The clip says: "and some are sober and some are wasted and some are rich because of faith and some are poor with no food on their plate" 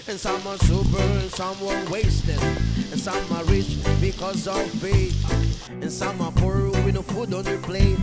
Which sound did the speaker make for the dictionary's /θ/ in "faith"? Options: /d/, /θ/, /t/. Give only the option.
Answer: /t/